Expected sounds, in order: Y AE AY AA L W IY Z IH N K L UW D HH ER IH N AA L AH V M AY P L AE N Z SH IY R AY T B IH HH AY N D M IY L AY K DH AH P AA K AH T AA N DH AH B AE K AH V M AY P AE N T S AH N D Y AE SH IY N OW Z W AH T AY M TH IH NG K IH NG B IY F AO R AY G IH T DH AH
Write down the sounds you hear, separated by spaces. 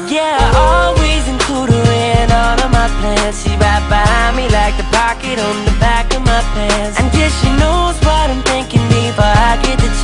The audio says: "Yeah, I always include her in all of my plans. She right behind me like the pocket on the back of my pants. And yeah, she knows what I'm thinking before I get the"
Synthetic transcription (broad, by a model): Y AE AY AA L W IY Z IH N K L UW D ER IH N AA N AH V M AY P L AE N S SH IY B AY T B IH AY M IY L AY K DH AH P AA K AH T N DH AH B AE K AH V M AY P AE N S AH N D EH SH IY N OW Z W AH T AY M TH IH NG K IH NG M IY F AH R AY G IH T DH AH